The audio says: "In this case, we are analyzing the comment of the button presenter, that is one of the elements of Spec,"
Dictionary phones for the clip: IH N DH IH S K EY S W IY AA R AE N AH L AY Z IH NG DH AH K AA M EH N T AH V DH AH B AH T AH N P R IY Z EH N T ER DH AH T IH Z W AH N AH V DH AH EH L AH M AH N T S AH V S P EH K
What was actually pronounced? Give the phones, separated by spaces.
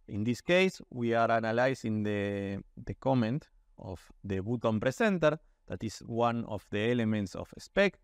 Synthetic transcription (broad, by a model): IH N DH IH S K EY S W IY AA R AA N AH L AY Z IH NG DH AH K AA M EH N T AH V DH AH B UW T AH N P R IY S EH N T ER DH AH T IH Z W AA N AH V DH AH EH L AH M AH N T S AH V S P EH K